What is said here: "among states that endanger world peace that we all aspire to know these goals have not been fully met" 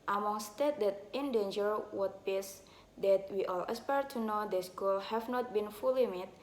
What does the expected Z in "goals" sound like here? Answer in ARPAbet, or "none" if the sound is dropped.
none